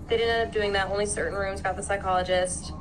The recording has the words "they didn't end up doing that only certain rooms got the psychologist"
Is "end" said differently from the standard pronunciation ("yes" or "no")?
yes